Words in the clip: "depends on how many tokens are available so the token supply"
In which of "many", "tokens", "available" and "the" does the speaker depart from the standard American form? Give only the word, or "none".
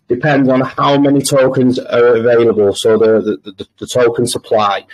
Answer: none